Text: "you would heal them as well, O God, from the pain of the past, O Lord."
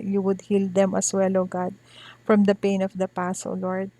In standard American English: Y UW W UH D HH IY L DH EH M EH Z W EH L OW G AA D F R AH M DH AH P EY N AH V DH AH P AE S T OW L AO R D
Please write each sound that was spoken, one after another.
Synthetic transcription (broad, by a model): Y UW W UH D HH IY L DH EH M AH S W EH L OW G AA D F R AH M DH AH P EY N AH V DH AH P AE S OW L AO R D